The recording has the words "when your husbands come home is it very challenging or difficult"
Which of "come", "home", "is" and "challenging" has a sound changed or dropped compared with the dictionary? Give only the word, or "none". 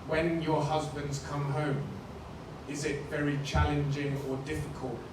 none